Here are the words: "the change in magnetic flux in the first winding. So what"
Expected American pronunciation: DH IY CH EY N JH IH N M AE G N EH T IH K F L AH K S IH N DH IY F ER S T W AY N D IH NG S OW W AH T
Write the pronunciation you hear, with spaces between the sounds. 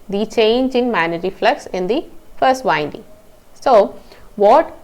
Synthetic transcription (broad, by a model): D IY CH EY N JH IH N M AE N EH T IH F L AH K S IH N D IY F ER S T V AY N D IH NG S OW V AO T